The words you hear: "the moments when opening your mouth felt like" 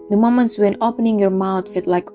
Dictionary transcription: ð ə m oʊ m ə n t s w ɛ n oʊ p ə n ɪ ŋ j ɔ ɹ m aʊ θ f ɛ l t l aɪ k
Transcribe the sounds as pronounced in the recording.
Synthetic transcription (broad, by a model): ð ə m oʊ m ə n t s w ɛ n oʊ p ə n ɪ ŋ j ɔ ɹ m aʊ t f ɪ t l aɪ k